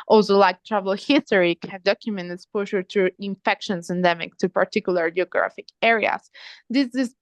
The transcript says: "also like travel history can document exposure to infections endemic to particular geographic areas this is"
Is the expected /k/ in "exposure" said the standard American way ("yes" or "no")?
no